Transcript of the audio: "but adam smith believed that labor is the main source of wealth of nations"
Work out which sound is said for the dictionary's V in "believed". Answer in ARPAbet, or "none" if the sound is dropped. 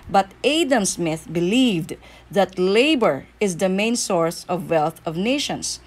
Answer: V